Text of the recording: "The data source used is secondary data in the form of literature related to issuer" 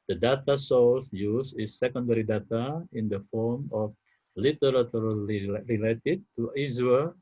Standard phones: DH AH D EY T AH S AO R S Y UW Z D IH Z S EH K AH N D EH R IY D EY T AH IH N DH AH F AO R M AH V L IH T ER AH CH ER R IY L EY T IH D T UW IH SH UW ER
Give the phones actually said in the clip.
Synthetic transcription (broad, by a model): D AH D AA T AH S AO L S Y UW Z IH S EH K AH N D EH R IY D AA T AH IH N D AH F AO R M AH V L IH T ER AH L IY R IY L EY T IH D T UW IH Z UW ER